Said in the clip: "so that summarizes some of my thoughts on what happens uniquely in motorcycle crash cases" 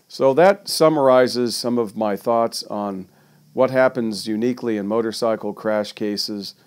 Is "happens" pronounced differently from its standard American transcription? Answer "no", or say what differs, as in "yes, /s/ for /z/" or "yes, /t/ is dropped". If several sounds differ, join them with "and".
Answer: no